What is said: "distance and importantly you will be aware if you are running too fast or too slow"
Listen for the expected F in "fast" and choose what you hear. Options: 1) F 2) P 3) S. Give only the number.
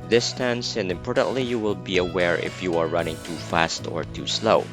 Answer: 1